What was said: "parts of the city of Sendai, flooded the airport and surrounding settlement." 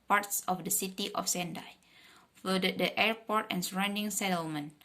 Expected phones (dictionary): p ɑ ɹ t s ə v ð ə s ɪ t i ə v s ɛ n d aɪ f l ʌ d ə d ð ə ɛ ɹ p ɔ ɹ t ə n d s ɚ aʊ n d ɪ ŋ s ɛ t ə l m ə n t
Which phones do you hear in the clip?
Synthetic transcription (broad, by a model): p ɑ ɹ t s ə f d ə s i t i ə f s ɛ n d aɪ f ʌ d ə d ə ɛ ɹ p ɔ ɹ t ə n s ɚ aʊ n d ɪ ŋ s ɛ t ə l m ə n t